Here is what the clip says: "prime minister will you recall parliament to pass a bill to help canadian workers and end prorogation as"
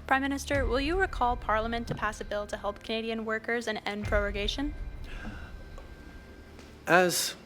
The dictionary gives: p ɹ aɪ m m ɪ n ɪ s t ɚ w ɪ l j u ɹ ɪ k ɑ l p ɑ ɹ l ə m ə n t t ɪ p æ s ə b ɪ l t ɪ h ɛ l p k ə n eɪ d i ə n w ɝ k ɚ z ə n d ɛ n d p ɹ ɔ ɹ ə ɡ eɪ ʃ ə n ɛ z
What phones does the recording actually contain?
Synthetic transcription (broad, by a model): p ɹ aɪ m m ɪ n ɪ s t ɚ w ɪ l j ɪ ɹ ɪ k ɑ l p ɑ ɹ l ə m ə n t t ɪ p æ s ə b ɪ l t ɪ h ɛ l p k ə n eɪ d i ə n w ɝ k ɚ z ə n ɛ n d p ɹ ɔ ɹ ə ɡ eɪ ʃ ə n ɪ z